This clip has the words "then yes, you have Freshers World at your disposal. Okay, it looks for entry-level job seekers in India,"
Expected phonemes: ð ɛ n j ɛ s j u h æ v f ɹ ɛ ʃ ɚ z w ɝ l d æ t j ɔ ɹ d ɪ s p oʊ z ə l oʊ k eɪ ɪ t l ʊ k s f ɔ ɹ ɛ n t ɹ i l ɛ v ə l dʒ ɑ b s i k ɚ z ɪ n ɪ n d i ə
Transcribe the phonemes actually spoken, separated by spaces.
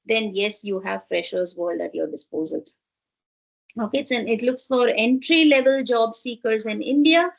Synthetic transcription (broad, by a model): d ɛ n j ɛ s j u h æ v f ɹ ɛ ʃ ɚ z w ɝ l d æ t j ɔ ɹ d ɪ s p oʊ z ə l oʊ k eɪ ɪ t l ʊ k s f ɔ ɹ ɛ n t ɹ i l ɛ v ə l dʒ ɑ b s i k ɚ z ɪ n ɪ n d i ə